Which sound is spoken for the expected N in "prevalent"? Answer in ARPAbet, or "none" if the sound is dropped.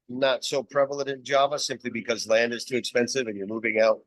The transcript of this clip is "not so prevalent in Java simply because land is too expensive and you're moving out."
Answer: none